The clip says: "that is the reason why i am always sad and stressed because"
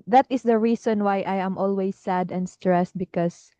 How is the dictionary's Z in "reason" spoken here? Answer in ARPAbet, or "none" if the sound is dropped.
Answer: S